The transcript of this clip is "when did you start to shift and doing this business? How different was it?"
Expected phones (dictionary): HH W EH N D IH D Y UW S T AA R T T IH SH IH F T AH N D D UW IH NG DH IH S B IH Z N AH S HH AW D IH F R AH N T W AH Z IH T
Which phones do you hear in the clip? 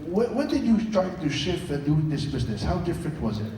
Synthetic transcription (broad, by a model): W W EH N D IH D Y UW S T AA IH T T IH SH IH F T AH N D D UW IH NG DH IH S B IH Z N AH S HH AW D IH F R AH N T W AH Z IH T